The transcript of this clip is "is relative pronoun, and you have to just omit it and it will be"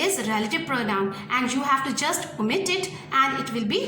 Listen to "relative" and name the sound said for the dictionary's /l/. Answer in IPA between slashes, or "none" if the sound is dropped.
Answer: /l/